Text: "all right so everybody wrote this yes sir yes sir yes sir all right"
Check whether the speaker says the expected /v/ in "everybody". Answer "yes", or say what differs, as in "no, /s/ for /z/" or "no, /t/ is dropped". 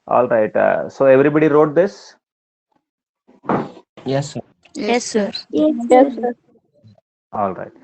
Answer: yes